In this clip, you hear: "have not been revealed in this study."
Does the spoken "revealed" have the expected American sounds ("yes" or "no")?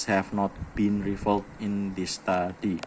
no